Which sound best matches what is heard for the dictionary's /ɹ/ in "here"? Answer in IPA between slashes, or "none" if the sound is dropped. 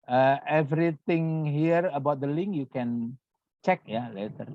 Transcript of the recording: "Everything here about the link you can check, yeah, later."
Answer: /ɹ/